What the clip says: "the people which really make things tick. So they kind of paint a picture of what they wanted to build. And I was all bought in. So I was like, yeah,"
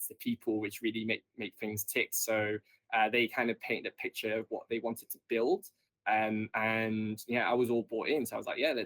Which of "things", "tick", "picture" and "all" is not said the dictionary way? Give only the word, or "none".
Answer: none